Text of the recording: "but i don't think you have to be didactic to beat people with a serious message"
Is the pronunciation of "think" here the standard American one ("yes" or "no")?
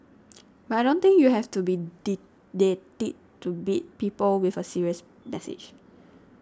no